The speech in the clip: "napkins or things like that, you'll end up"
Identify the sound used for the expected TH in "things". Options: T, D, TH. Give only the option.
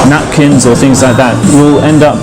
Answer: TH